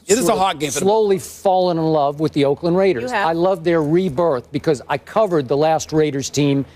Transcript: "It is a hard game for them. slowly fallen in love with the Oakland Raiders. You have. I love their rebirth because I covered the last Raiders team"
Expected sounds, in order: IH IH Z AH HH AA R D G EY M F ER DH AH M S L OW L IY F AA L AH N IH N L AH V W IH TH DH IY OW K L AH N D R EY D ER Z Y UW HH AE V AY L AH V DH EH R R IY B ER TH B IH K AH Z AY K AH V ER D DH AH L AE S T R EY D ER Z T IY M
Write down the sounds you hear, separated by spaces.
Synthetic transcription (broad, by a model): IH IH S AH HH AA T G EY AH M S L OW L IY F AA L AH N IH N L AH V W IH DH IY OW K L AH N R EY D ER Z AY L AH V DH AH R R IY B ER TH B IH K AH Z AY K AH V ER D DH AH L AE S T R EY D ER Z T IY M